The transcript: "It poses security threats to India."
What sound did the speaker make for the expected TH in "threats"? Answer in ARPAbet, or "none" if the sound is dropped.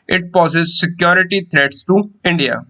T